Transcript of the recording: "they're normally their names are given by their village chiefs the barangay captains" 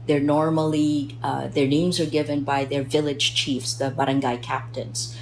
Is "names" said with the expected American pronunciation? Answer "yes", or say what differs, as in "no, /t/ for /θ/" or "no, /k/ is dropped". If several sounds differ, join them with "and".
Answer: yes